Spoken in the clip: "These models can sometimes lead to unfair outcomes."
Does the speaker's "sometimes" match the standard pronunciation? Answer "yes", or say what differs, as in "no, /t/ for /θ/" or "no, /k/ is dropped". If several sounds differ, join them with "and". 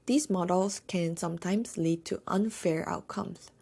no, /s/ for /z/